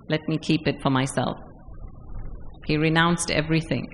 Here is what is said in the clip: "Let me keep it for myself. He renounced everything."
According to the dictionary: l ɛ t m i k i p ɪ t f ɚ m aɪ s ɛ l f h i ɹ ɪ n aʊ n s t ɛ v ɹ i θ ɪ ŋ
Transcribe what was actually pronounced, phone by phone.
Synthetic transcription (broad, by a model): l ɛ t m i k i p ɪ t f ɚ m aɪ s ɛ l f h i ɹ ɪ n aʊ n s t ɛ v ɹ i θ ɪ ŋ